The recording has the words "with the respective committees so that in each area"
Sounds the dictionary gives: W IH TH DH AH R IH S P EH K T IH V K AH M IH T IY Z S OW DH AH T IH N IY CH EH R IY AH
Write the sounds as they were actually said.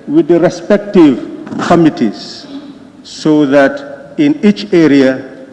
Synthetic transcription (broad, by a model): W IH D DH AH R IH S P EH K T IH V K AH M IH T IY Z S OW DH AH T IH N IY CH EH R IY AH